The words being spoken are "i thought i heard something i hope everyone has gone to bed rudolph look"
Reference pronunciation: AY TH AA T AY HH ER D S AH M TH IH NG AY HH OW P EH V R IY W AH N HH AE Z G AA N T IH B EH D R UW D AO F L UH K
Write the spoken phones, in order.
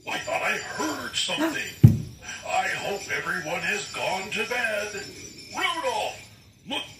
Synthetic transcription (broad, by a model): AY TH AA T AY HH ER D S AH M TH IH NG AY HH OW P EH V R IY W AH N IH Z G AA N T IH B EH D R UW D AO F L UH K